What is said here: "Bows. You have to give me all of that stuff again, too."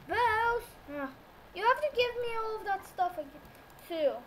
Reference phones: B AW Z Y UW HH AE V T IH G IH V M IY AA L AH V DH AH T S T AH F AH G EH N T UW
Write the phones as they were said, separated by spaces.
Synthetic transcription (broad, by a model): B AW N Y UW HH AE F T IH G IH V M IY AA L AH V DH AH T S T AH F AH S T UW